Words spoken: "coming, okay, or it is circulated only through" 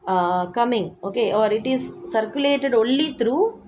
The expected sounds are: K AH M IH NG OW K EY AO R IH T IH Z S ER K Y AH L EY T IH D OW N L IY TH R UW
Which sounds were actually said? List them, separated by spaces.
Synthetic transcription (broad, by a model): K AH M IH NG OW K EY AO R IH T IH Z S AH K Y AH L EY T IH D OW L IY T R UW